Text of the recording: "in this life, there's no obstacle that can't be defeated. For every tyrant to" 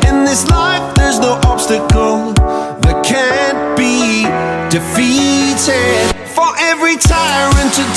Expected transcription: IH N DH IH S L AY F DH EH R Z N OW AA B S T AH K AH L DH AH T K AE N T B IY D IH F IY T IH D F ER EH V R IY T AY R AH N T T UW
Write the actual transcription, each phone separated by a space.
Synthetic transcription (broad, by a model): IH N DH IH S L AY F DH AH R Z N OW AA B S T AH K L DH AH T K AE N B IY D IH F IY T IH D F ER EH V R IY T AY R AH N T T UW